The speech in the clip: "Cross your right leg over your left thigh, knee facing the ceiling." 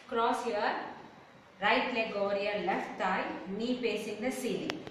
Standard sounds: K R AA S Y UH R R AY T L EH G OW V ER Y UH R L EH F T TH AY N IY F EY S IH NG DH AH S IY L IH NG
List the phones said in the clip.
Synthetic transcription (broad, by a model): K R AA S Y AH R R AY T L EH G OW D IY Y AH L EH F T T AY N IY P EY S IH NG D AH S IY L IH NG